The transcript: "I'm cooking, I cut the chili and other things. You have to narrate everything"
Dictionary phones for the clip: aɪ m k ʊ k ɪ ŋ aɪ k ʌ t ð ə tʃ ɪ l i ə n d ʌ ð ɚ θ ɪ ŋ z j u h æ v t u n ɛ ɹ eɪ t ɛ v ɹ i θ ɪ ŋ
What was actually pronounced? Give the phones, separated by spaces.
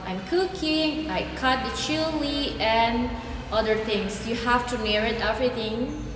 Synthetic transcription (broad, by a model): aɪ m k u k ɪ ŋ aɪ k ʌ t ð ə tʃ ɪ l i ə n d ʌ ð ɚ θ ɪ ŋ s j u h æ f t u n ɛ ɹ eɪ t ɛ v ɹ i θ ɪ ŋ